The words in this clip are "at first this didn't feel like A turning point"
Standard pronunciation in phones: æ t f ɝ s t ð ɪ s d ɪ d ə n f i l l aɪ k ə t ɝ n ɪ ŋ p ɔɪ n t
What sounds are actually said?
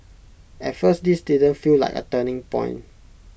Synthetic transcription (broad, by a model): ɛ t f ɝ s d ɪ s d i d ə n f i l l aɪ k ə t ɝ n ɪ ŋ p ɔɪ n